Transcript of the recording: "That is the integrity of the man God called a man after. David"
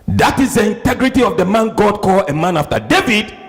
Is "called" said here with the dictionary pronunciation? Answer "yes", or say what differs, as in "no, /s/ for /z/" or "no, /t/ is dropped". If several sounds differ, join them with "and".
no, /d/ is dropped